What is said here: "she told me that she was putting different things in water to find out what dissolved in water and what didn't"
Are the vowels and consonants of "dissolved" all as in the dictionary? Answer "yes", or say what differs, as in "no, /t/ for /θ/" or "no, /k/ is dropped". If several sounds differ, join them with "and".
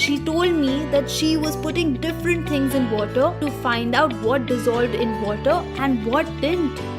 yes